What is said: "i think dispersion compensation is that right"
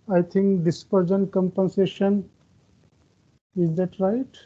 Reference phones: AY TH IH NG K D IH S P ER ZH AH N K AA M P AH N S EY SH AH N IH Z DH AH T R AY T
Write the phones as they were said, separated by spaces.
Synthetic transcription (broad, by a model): AY T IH NG K D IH S P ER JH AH N K AA M P AH N S EY SH AH N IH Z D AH T R AY T